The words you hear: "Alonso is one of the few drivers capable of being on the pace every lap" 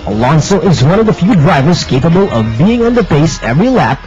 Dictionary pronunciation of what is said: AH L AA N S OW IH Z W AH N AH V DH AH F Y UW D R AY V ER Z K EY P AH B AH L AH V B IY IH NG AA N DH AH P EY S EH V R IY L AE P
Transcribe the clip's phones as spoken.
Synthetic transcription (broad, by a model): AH L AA N S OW IH Z W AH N AH V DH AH F Y UW D R AY V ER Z K EY P AH B AH L AH V B IY IH NG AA N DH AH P EY S EH V R IY L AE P